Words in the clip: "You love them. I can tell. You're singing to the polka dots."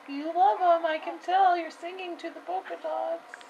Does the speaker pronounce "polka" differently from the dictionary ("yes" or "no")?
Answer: yes